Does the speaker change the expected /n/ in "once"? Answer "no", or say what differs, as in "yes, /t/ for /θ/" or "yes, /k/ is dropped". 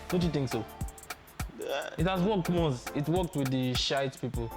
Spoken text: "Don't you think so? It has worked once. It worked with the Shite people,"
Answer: yes, /n/ is dropped